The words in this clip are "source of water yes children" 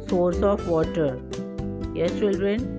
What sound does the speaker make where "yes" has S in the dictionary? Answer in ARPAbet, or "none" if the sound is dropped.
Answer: none